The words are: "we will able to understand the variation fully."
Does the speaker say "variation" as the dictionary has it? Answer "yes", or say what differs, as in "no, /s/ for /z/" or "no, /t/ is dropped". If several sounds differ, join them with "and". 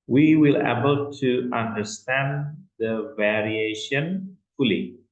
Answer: yes